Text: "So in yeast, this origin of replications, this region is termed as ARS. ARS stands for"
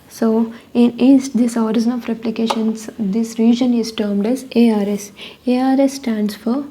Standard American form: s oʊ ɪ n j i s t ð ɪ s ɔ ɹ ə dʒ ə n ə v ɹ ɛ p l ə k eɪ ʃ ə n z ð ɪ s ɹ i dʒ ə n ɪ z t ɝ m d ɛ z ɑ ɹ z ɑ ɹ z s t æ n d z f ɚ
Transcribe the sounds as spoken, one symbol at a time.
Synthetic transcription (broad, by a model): s oʊ ɪ n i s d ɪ s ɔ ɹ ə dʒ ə n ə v ɹ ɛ p l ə k eɪ ʃ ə n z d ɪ s ɹ i dʒ ə n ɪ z t ɝ m d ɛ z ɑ ɹ s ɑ ɹ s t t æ n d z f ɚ